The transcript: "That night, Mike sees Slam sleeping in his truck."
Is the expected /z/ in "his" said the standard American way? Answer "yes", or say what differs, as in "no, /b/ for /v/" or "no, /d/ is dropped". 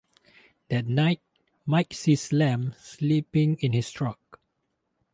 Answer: no, /s/ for /z/